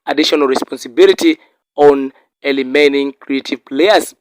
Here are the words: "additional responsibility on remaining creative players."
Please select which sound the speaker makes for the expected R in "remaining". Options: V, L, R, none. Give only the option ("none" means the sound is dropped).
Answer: L